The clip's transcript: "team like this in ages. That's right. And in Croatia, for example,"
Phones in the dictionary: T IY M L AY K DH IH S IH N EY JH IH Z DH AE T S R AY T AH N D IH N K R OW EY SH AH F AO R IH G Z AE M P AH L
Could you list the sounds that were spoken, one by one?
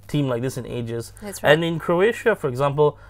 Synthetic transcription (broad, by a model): T IY M L AY K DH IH S IH N EY JH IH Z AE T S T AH N IH N K R OW EY SH AH F AO R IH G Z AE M P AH L